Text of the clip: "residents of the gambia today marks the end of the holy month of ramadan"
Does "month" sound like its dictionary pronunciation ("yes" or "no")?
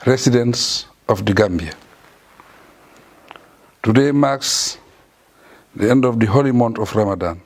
no